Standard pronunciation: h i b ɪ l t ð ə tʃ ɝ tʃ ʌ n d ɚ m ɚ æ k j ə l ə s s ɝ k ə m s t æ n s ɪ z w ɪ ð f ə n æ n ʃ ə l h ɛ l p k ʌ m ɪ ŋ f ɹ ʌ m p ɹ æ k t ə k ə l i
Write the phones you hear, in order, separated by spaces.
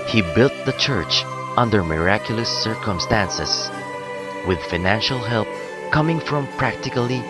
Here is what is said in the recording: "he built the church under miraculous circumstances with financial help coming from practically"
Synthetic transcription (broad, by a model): h i b ɪ l t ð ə tʃ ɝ tʃ ʌ n d ɚ m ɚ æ k j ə l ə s s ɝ k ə m s t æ n s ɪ s w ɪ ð f ə n æ n ʃ ə l h ɛ l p k ʌ m ɪ ŋ f ɹ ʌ m p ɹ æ k t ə k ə l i